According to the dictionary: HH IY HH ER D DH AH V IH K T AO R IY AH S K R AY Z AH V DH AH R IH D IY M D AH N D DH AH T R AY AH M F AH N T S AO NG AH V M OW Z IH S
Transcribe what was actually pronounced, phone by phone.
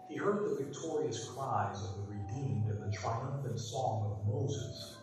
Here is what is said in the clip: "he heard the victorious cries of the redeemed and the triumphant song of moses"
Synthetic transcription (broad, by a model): HH IY HH ER D DH AH V IH K T AO R IY AH S K R AY Z AH V DH AH R IH D IY M D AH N DH AH T R AY AH M F AH N T S AO NG AH V M OW Z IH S